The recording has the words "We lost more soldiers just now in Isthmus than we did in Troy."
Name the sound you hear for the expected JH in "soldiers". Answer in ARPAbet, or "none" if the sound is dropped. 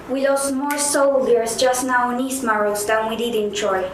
none